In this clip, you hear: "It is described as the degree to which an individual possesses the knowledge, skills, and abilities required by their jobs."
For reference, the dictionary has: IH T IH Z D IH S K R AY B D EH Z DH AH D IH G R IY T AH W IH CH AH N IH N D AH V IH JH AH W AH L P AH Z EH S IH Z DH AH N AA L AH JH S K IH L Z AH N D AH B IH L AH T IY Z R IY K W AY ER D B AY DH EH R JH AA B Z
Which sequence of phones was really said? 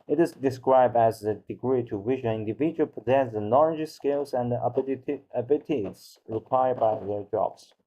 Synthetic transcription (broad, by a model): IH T IH Z D IH S K R AY B D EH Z DH AH D IH G R IY T AH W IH SH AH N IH N D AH V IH JH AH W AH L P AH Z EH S DH AH N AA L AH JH S K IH L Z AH N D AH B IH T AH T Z R IY K W AY ER D B AY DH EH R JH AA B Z